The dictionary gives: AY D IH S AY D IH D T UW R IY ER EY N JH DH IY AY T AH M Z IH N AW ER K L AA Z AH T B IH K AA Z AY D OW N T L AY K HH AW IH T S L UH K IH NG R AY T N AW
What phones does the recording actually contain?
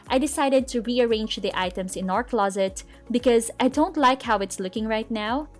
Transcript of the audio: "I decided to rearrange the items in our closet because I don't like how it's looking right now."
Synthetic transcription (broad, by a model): AY D IH S AY D IH D T UW R IY ER EY N JH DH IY AY T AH M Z IH N AW ER K L AA Z AH T B IH K AA Z AY D OW N T L AY K HH AW IH T S L UH K IH NG R AY T N AW